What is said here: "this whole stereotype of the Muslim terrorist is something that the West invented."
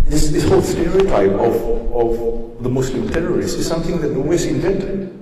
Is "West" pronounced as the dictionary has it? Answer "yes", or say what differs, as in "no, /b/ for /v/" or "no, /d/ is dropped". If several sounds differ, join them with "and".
no, /t/ is dropped